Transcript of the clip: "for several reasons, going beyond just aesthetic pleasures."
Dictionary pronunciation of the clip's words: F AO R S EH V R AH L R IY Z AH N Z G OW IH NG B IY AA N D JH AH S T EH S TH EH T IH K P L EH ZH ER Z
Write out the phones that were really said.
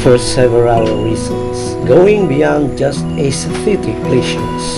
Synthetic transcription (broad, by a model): F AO R S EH V W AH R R IY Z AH N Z G OW IH NG B IY AA N D JH AH S T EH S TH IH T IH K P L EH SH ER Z